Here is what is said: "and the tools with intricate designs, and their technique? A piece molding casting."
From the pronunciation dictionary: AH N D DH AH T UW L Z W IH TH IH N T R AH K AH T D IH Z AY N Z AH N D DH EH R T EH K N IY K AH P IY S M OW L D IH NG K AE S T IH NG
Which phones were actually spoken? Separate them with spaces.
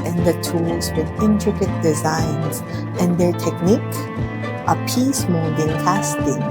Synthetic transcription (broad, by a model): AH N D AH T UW L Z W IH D IH N T R AH K AH T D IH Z AY N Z AH N D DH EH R T EH K N IY K AH P IY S M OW D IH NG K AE S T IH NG